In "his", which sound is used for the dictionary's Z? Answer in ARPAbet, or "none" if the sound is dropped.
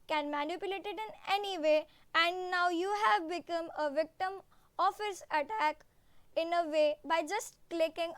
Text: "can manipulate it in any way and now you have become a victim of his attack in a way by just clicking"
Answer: S